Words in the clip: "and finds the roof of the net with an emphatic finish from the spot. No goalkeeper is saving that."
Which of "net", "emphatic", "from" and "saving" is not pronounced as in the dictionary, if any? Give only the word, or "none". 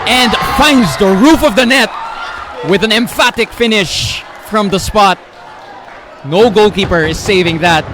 none